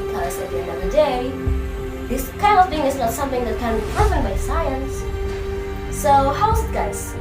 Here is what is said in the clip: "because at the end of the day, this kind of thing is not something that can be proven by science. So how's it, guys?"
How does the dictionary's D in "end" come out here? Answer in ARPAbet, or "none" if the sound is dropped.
none